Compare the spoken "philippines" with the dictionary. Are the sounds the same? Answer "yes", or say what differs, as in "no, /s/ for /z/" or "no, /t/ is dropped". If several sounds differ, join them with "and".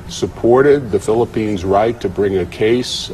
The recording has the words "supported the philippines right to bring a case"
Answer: yes